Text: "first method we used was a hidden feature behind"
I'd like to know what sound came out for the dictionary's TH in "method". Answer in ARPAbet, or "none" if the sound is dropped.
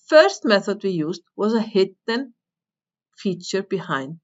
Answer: TH